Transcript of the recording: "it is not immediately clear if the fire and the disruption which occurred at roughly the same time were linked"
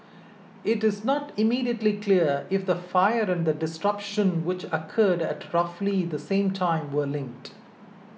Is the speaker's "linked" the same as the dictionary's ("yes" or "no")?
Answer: yes